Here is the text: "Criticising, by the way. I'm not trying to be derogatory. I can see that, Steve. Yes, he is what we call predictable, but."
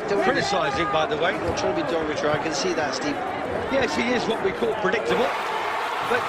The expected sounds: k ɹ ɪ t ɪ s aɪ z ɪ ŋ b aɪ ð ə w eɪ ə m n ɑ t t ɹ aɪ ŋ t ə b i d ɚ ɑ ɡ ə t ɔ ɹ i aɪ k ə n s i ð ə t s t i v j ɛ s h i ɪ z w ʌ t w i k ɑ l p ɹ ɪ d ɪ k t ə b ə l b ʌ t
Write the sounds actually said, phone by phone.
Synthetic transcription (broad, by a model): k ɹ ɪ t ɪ s aɪ z ɪ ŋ b aɪ ð ə w eɪ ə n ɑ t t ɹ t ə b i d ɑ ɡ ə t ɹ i aɪ k ə n s i ð ə t s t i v j ɛ s h i ɪ z w ʌ t w i k ɑ l p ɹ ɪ d ɪ k t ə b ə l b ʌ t